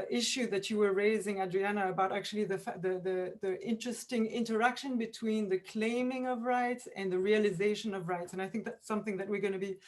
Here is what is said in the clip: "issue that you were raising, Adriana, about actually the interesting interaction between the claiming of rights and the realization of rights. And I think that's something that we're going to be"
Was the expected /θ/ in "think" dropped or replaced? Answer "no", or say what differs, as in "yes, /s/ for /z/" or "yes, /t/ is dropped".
no